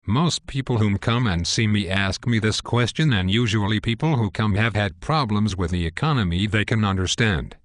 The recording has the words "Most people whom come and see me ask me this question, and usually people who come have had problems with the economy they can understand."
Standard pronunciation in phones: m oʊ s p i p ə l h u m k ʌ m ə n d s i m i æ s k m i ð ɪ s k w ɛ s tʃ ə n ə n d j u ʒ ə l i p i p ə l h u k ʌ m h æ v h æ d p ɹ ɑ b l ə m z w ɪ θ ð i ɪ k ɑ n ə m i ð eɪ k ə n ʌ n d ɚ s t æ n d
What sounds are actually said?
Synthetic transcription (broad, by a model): m oʊ s p i p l h u m k ʌ m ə n s i m i æ s k m i ð ɪ s k w ɛ s tʃ ə n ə n j u ʒ ə l i p i p l h u k ʌ m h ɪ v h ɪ d p ɹ ɑ b l ə m z w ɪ ð i ɪ k ɑ n ə m i ð eɪ k ə n ʌ n d ɚ s t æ n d